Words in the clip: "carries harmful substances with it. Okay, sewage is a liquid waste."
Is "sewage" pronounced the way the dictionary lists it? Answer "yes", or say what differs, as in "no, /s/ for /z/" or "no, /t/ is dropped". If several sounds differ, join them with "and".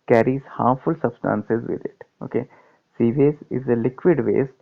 no, /z/ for /dʒ/